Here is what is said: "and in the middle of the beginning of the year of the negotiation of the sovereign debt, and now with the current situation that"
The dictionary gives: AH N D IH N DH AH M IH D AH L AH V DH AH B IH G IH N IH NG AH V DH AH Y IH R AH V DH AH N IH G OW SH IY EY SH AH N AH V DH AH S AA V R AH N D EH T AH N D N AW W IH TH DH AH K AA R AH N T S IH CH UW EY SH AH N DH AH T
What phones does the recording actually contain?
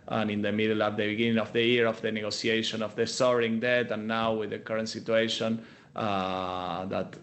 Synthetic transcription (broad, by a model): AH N IH N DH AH M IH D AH L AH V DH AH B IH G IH N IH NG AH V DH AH Y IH R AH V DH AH N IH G OW S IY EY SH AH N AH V DH AH S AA R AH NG D EH T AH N N AW W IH DH AH K AA R AH N T S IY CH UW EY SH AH N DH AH T